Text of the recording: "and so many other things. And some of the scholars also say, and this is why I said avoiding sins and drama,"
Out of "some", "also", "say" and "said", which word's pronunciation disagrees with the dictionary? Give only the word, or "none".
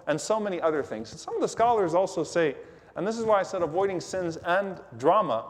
none